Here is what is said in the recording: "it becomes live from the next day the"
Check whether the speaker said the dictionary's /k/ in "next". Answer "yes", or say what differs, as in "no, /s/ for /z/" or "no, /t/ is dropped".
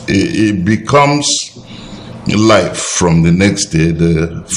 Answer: yes